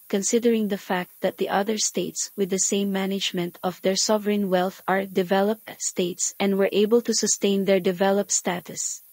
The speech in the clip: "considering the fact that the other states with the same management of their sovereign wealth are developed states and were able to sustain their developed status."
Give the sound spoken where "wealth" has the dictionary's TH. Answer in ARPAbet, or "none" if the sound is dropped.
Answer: TH